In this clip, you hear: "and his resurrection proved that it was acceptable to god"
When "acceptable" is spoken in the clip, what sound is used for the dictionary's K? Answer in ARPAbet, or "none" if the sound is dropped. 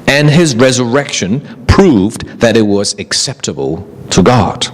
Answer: K